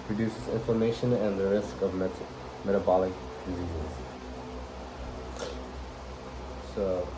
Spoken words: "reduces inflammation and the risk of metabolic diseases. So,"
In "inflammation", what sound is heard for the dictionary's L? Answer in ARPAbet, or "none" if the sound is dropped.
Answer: none